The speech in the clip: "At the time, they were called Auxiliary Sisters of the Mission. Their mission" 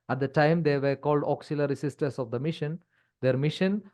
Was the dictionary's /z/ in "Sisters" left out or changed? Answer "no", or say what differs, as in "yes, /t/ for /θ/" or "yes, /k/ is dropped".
yes, /s/ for /z/